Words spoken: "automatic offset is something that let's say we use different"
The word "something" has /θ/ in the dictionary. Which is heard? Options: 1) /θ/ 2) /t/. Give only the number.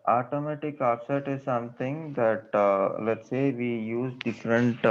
2